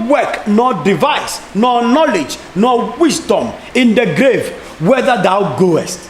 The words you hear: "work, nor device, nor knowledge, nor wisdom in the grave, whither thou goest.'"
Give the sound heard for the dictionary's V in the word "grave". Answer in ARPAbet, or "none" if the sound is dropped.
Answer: V